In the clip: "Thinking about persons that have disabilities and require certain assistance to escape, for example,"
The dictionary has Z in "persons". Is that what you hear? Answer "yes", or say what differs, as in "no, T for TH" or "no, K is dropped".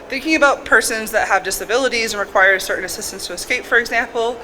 yes